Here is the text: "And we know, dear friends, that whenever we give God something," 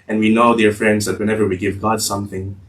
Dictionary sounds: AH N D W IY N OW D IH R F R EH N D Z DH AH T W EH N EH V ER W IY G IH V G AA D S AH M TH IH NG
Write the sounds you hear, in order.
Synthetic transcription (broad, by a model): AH N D W IY N OW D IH R F R EH N D Z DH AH T W EH N EH V ER W IY G IH V G AA D S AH M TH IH NG